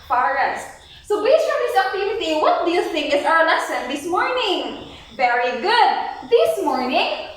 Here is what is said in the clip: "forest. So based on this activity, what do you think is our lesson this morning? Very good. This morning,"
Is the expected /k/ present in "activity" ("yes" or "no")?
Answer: no